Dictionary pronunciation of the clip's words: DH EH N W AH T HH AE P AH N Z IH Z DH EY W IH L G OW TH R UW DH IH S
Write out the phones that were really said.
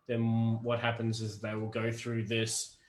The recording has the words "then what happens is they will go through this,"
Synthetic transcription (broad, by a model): DH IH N W AH T HH AE P AH N Z IH Z DH EY W IH L G OW TH R UW DH IH S